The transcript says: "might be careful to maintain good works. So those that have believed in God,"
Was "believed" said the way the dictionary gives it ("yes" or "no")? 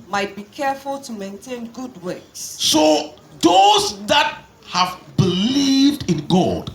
yes